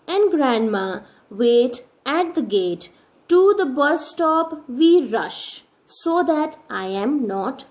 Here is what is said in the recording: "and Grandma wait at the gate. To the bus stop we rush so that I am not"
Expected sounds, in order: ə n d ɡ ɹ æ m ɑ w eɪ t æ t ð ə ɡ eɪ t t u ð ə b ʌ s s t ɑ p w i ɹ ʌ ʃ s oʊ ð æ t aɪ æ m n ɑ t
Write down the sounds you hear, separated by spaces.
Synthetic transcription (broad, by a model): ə n d ɡ ɹ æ m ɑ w eɪ t æ t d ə ɡ eɪ t t u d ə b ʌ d s t ɑ p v i ɹ ʌ ʃ s oʊ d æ t aɪ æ m n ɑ t